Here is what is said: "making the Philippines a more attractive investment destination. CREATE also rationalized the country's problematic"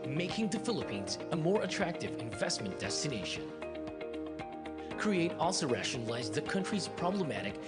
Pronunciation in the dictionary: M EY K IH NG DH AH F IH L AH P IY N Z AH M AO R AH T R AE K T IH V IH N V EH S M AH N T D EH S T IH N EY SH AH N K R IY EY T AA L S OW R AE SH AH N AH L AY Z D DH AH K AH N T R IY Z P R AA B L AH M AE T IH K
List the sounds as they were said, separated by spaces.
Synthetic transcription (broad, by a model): M EY K IH NG DH AH F IH L AH P IY N Z AH M AO R AH T R AE K T IH V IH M V EH S M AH N D EH S T IH N EY SH AH N K R IY EY T AA L S OW R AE SH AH N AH L AY Z DH AH K AH N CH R IY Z P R AA B L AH M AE T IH K